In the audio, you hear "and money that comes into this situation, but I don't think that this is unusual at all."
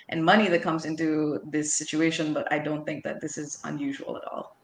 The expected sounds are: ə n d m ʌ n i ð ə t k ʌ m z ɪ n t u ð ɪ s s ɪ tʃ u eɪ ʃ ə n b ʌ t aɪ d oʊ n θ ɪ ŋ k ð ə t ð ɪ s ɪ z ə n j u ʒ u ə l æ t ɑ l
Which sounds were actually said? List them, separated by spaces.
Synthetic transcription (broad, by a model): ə n m ʌ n i ð ə t k ʌ m z ɪ n t u ð ɪ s s ɪ tʃ u eɪ ʃ ə n b ʌ t aɪ d oʊ n θ ɪ ŋ k ð ə t ð ɪ s ɪ z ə n j u ʒ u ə l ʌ t ɑ l